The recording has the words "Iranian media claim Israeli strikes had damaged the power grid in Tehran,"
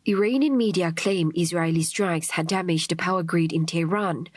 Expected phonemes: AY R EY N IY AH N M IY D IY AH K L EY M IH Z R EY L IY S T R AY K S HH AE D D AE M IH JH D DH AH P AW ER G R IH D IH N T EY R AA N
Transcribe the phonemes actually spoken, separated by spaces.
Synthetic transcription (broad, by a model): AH R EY N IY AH N M IY D IY AH K L EY M IH Z R EY L IY S T R AY K S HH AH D D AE M IH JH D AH P AW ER G R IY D IH N T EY R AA N